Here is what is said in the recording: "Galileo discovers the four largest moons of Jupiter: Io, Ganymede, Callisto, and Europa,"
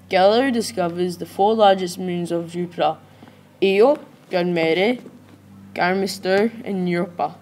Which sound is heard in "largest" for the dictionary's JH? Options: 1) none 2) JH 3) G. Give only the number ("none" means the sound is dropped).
2